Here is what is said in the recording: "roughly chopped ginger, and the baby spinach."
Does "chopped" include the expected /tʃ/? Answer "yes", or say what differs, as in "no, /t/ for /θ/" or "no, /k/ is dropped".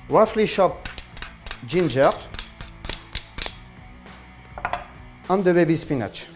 no, /ʃ/ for /tʃ/